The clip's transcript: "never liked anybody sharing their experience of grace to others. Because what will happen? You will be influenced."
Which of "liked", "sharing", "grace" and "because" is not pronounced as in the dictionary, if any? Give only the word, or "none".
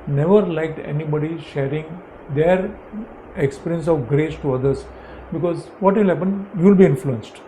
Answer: none